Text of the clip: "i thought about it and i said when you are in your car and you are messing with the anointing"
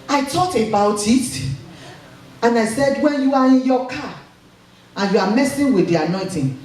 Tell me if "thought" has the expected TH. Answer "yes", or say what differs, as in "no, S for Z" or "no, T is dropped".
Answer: no, T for TH